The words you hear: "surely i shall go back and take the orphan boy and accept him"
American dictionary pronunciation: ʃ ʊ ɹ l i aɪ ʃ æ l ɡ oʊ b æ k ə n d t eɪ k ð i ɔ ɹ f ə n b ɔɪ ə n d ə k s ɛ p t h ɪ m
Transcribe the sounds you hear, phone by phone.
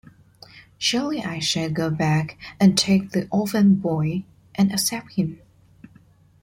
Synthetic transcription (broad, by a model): ʃ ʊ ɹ l i aɪ ʃ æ ɡ oʊ b æ k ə n t eɪ k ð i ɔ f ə n b ɔɪ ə n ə s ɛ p t h ɪ m